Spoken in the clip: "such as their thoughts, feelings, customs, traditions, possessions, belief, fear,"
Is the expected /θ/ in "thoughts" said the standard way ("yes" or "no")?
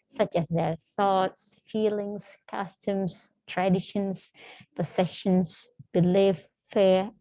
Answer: yes